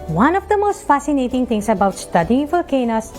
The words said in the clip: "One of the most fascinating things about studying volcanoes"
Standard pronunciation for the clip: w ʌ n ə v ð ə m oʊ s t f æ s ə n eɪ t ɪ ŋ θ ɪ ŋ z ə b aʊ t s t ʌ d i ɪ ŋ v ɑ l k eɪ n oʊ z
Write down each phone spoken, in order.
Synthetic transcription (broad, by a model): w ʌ n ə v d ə m oʊ s t f æ s ə n eɪ t ɪ ŋ t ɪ ŋ s ə b aʊ t s t ʌ d i ɪ ŋ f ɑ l k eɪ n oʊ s